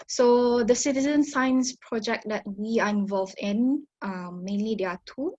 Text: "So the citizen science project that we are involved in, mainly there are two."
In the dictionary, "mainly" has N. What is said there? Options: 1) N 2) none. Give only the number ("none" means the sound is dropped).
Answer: 1